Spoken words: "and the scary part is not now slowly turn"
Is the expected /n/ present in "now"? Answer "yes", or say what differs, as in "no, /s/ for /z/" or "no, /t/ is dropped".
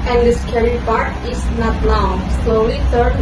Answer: no, /l/ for /n/